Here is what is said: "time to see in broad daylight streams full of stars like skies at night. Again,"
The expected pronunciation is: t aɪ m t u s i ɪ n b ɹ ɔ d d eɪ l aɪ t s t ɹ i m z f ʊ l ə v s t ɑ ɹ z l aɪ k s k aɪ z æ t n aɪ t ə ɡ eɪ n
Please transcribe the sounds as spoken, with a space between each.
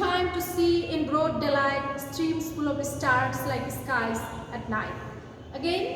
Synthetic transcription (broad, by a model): aɪ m t u s i ɪ n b ɹ ɔ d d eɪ l aɪ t s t ɹ i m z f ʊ l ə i s t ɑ ɹ s l aɪ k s k aɪ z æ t n aɪ t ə ɡ eɪ n